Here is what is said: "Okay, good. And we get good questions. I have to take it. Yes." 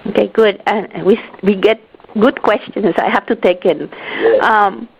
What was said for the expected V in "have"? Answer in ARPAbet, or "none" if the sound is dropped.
F